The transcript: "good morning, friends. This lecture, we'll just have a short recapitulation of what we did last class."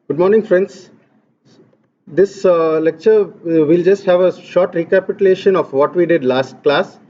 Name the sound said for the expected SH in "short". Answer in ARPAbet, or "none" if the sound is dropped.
SH